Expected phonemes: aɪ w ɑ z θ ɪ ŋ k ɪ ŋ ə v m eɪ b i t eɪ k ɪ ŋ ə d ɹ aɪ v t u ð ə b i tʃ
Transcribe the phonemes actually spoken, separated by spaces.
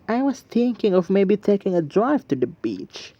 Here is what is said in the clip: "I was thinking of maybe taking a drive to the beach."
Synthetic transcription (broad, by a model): aɪ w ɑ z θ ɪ ŋ k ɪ ŋ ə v m eɪ b i t eɪ k ɪ ŋ ə d ɹ aɪ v t u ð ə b i tʃ